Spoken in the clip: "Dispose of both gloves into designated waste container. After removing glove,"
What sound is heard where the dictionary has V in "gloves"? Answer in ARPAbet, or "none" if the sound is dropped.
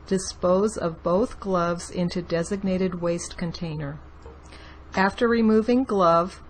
V